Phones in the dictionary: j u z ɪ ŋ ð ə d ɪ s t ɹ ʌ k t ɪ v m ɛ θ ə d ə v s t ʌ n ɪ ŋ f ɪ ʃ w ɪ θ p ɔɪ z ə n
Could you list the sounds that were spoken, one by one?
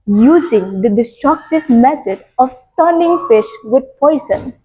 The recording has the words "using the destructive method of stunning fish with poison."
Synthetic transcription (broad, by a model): j u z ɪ ŋ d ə d ɪ s t ɹ ʌ k t ɪ v m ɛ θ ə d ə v s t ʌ l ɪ ŋ f ɪ ʃ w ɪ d p ɔɪ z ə n